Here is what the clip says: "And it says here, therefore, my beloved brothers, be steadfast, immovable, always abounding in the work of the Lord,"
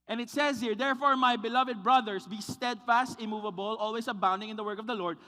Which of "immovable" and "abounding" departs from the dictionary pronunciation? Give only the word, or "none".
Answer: none